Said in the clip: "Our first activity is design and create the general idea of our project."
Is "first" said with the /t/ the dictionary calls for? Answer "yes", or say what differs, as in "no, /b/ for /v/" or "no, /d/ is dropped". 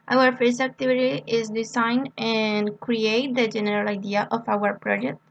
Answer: no, /t/ is dropped